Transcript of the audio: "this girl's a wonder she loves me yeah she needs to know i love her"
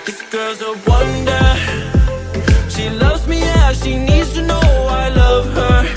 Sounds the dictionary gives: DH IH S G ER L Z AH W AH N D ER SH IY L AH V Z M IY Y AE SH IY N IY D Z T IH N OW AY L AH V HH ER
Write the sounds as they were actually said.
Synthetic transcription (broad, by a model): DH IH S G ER Z AH W AH N D ER SH IY L AH V Z M IY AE SH IY N IY D Z T IH N OW AY L AH V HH ER